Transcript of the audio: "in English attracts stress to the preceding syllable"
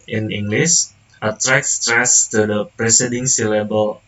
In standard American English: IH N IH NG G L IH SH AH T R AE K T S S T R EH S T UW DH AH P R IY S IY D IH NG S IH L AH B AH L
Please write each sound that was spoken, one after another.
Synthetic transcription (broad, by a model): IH N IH NG G L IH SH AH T R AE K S S T R EH S T UW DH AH P R IY S IY D IH NG S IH L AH B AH L